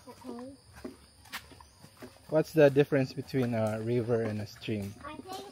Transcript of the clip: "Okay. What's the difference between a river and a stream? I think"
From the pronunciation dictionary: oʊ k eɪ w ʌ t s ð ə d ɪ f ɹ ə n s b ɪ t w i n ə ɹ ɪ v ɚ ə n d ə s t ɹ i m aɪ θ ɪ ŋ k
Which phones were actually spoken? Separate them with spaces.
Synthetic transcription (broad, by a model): w ʌ t s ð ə d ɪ f ɹ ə n s b ɪ t w i n ə ɹ ɪ v ɚ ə n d ə s t ɹ i m